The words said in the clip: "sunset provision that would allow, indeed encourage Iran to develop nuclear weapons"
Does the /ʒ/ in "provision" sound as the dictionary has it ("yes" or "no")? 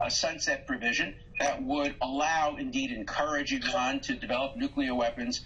yes